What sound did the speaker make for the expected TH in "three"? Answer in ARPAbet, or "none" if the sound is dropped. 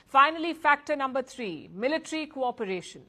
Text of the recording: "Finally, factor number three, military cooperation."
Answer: T